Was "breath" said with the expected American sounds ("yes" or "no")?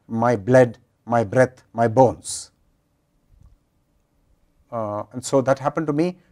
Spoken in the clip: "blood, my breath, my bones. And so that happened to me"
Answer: no